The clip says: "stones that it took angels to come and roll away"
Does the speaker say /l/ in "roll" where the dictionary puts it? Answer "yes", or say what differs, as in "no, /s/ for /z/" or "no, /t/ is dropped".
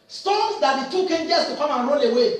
no, /n/ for /l/